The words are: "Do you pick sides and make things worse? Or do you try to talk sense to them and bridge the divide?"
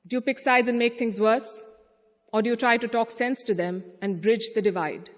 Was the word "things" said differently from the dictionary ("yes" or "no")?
yes